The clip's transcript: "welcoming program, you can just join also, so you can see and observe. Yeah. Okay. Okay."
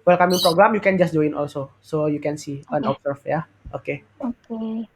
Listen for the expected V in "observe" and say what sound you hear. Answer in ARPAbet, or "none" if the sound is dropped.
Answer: F